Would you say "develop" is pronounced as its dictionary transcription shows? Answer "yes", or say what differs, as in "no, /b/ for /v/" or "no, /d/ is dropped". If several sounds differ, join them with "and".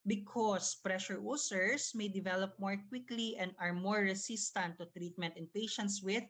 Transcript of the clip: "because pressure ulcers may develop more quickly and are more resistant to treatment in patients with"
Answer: yes